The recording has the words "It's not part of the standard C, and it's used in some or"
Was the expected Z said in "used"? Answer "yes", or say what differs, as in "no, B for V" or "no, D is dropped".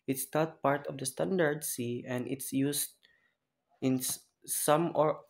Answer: no, S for Z